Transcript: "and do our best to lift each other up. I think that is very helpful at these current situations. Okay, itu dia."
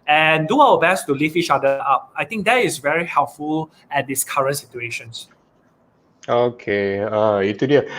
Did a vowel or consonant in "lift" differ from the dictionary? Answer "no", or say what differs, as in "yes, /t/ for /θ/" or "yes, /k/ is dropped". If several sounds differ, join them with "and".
yes, /t/ is dropped